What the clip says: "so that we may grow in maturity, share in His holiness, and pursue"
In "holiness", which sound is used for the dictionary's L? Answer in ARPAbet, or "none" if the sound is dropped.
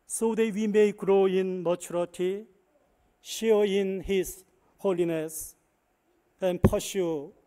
L